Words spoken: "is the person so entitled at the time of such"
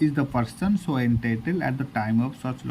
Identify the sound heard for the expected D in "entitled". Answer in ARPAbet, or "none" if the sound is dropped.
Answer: none